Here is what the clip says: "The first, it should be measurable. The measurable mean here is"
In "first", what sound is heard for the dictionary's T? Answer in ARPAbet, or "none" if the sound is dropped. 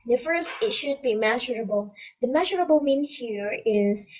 T